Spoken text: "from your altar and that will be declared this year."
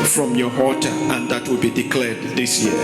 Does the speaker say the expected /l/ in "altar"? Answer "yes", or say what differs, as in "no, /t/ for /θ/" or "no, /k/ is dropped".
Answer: no, /l/ is dropped